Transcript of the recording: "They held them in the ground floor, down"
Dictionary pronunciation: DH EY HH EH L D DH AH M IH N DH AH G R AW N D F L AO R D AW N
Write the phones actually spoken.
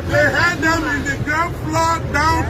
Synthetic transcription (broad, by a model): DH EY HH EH D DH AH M IH N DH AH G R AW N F L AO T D AW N